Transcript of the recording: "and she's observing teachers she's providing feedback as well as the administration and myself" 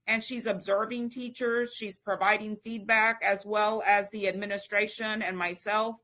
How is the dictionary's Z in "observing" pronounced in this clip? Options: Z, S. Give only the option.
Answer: Z